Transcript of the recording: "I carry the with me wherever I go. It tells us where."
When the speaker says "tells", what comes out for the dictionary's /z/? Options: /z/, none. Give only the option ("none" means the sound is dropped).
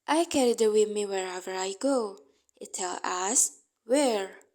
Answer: none